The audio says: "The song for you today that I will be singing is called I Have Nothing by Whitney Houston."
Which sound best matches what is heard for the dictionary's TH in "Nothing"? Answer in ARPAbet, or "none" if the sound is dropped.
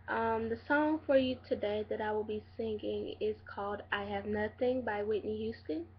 TH